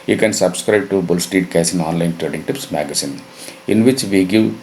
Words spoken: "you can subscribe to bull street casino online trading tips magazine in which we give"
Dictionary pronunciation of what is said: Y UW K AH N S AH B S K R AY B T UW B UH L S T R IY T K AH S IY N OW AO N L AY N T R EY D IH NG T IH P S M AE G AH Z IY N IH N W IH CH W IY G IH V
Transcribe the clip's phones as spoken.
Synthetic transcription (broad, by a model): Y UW K AH N S AH B S K R AY B T UW B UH L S T IY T K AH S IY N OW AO N L AY N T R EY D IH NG T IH P S M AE G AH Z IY N IH N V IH CH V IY G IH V